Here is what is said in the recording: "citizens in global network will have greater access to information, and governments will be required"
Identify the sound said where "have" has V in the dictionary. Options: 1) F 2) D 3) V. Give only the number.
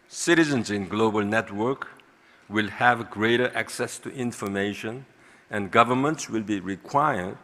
3